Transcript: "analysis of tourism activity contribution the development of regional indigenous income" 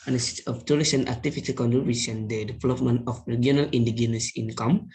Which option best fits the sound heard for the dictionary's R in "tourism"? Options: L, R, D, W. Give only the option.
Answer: L